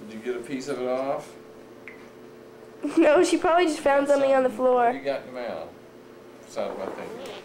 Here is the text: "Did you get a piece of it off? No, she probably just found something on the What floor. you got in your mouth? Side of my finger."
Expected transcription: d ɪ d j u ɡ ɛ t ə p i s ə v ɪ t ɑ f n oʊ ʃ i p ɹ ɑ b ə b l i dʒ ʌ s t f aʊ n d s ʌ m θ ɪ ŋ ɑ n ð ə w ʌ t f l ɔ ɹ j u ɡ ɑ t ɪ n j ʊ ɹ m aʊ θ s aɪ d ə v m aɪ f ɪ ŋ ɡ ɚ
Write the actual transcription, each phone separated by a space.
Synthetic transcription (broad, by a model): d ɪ j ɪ ɡ ɛ t ə p i s ə v ɪ t ɑ f n oʊ ʃ i p ɹ ɑ b ə b l i dʒ ʌ s t f aʊ n d s ʌ m θ ɪ ŋ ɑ n ð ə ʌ f l ɔ ɹ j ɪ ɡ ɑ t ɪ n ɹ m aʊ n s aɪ ə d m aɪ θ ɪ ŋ